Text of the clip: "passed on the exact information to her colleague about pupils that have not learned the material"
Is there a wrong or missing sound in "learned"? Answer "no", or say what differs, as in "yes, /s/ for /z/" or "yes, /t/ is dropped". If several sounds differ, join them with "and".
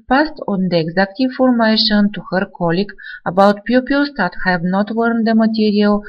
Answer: yes, /w/ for /l/